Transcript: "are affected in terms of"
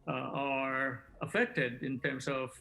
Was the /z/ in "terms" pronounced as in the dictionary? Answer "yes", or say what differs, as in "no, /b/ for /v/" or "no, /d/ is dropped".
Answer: no, /s/ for /z/